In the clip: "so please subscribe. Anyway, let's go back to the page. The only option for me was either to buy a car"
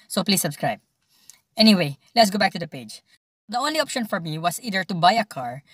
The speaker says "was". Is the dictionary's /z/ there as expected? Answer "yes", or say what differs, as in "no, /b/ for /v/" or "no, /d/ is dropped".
no, /s/ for /z/